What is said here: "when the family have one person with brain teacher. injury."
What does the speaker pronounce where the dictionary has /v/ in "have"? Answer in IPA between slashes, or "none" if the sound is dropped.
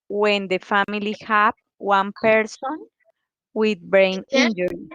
/p/